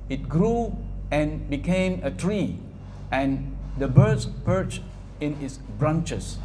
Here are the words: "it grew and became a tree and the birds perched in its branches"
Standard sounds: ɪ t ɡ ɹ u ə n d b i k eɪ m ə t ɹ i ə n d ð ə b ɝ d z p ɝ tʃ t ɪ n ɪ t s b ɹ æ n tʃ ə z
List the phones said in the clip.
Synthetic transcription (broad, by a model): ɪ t ɡ ɹ u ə n b i k eɪ m ə t ɹ i ə n d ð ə b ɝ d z p ɝ tʃ t ɪ n ɪ t s b ɹ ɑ n tʃ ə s